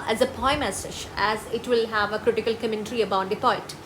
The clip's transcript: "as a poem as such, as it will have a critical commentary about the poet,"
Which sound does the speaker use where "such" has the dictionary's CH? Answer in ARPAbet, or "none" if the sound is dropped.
SH